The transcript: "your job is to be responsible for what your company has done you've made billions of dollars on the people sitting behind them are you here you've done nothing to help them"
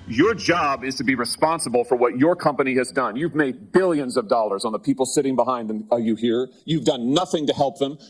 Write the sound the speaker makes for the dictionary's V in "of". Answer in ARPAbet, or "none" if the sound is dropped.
V